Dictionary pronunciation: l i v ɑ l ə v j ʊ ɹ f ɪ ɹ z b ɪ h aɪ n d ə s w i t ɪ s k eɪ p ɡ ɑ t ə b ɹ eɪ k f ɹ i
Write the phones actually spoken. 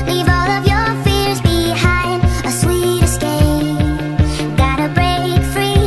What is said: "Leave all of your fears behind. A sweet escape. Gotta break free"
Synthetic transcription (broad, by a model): l i v ɑ l ə v j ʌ ɹ f ɪ ɹ z b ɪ h aɪ n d ə s w i t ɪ s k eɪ ɡ ɑ t ə b ɹ eɪ k f ɹ i